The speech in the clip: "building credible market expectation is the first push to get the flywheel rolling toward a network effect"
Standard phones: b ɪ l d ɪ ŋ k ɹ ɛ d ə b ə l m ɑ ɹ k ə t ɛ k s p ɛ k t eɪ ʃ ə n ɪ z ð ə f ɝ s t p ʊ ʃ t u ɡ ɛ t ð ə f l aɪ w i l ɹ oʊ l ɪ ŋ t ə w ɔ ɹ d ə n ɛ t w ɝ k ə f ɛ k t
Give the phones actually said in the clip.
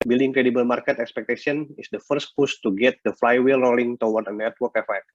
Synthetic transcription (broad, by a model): b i l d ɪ ŋ k ɹ ɛ d ə b ə l m ɑ ɹ k ə t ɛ k s p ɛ k t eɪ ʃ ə n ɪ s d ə f ɝ s t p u s t u ɡ ɛ t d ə f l aɪ w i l ɹ oʊ l ɪ ŋ t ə w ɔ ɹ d ə n ɛ t w ɝ k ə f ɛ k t